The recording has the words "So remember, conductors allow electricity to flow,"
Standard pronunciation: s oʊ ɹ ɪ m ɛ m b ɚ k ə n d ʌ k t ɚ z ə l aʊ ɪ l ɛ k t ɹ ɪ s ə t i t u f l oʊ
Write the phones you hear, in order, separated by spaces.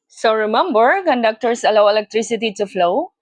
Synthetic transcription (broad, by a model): s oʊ ɹ ɪ m ɛ m b ɚ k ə n d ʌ k t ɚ s ə l aʊ ɪ l ɛ k t ɹ ɪ s ə t i t u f l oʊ